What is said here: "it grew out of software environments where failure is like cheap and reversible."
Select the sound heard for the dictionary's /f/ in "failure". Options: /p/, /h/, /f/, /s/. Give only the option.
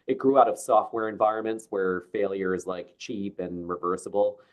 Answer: /f/